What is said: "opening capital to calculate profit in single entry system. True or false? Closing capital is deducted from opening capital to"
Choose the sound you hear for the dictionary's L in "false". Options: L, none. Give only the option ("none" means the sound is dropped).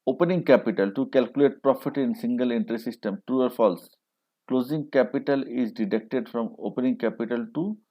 L